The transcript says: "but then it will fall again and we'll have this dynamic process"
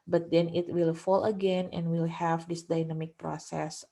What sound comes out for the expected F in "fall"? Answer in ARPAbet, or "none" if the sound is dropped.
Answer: F